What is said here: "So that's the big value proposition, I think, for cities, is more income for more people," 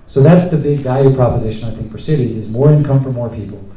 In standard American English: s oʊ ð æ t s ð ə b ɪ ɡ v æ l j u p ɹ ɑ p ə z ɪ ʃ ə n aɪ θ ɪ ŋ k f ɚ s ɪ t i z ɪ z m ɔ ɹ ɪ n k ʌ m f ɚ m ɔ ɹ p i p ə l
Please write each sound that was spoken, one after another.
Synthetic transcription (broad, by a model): s oʊ ð æ t s ð ə b ɪ ɡ v æ l j u p ɹ ɑ p ə z ɪ ʃ ə n aɪ θ ɪ ŋ k f ɚ s ɪ t i z ɪ z m ɔ ɹ ɪ n k ʌ m f ɚ m ɔ ɹ p i p l